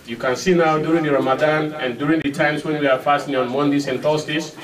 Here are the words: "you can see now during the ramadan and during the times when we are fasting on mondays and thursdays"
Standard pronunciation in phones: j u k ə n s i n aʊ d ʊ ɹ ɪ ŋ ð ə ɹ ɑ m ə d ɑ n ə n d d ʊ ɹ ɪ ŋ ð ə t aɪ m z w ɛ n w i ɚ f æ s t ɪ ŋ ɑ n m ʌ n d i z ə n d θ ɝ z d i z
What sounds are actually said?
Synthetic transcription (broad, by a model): j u k ə n s i n aʊ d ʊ ɹ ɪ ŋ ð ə ɹ ɑ m ə d ɑ n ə n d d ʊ ɹ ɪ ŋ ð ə t aɪ m s w ɛ n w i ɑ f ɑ s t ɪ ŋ ɑ n m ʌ n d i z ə n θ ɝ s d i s